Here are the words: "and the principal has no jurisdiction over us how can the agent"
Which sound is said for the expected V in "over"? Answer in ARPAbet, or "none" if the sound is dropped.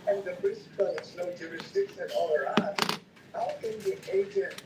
none